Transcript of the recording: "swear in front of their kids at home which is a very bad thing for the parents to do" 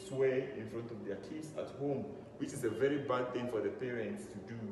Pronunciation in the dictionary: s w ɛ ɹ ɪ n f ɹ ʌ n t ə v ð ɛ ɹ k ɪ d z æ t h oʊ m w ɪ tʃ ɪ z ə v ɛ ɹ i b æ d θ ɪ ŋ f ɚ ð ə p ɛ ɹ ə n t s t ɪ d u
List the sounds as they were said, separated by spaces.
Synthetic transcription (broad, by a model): s w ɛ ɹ ɪ n f ɹ ʌ n t ə v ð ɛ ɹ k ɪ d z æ t h oʊ m w ɪ tʃ ɪ z ə v ɛ ɹ i b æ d θ ɪ ŋ f ɚ ð ə p ɛ ɹ ə n t s t ɪ d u